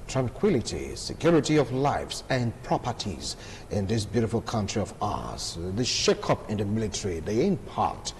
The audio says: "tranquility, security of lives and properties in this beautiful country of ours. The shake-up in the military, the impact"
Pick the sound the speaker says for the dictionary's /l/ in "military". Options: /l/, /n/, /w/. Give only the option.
/l/